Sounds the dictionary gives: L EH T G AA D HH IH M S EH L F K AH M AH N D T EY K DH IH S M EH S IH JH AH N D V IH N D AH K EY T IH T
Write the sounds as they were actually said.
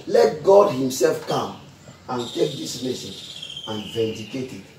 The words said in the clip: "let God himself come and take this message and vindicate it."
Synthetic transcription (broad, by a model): L EH T G AA D HH IH M S EH L F K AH M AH N T EY K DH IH S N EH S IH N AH N V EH N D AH K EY T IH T